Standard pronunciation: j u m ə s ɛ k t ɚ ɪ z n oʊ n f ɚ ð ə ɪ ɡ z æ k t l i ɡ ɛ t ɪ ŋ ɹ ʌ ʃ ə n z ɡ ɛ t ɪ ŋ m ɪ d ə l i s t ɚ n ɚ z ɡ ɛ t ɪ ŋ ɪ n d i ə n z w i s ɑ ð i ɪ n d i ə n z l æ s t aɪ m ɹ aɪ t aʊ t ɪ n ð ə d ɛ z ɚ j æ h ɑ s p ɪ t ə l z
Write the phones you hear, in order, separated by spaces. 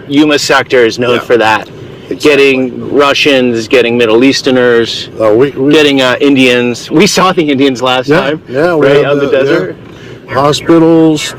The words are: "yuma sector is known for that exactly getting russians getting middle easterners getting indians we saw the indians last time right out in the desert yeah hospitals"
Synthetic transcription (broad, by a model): j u m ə s ɛ k t ɚ ɪ z n oʊ n f ɚ ð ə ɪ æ t ɡ ɛ t ɪ ŋ ɹ ʌ ʃ ə n z ɡ ɛ t ɪ ŋ m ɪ d l i s t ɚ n ɚ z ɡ ɛ t ɪ ŋ ɪ n d i ə n z w i s ɑ ð i ɪ n d i ə n z l æ s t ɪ m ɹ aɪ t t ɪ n ð ə d ɛ z ɚ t h ɑ s p ɪ t l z